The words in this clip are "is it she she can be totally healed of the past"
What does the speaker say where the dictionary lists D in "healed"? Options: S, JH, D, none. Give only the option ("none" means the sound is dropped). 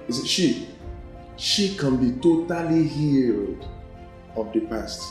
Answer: D